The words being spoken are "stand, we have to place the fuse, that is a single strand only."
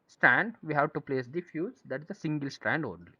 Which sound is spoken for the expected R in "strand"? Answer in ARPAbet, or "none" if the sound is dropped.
R